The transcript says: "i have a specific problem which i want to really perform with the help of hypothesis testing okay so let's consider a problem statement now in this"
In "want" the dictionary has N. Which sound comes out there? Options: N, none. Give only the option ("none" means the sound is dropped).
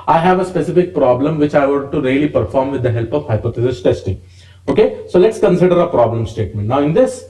none